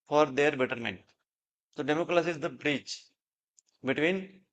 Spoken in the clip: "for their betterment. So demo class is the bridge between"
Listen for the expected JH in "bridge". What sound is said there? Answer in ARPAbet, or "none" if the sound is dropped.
CH